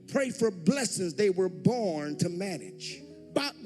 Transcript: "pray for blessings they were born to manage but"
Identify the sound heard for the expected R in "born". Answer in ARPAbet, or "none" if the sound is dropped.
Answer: R